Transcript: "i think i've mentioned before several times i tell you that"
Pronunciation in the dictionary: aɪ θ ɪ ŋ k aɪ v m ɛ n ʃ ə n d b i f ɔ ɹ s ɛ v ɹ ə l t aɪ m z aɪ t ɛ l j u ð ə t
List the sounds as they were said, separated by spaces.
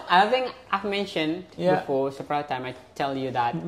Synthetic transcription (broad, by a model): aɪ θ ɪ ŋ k aɪ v m ɛ n ʃ ə n d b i f ɔ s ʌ p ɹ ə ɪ t aɪ m aɪ t ɛ l j u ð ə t